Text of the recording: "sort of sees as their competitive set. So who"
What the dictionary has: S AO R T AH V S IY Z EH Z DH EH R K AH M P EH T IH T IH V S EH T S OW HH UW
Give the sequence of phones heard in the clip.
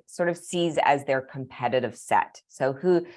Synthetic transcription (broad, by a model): S AO R T AH V S IY Z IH Z DH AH R K AH M P EH T IH T IH V S EH T S OW HH UW